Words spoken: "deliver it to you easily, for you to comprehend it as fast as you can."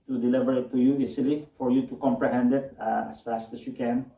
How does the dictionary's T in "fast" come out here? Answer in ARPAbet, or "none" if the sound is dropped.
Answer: T